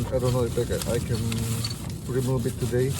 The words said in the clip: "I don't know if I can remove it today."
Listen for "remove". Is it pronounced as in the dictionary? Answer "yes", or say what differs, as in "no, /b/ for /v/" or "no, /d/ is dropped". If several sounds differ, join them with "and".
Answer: no, /b/ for /v/